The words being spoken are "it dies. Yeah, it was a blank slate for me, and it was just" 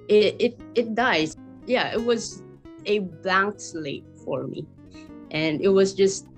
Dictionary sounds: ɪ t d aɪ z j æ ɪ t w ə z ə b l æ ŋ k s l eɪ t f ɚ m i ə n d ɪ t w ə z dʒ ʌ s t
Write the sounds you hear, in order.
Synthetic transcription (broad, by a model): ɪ t d aɪ z j æ ɪ t w ə z ə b æ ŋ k s l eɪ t f ɚ m i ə n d ɪ t w ə z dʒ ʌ s t